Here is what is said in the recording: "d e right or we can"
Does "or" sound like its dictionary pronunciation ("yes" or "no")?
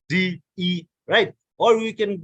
no